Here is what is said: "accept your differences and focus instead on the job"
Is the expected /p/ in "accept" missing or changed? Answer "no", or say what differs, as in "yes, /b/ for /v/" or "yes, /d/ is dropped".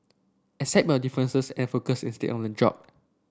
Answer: yes, /p/ is dropped